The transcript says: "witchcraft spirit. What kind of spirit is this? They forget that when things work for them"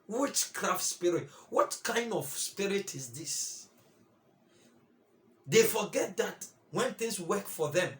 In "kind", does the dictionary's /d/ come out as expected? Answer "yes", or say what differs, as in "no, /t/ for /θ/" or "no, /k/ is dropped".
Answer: yes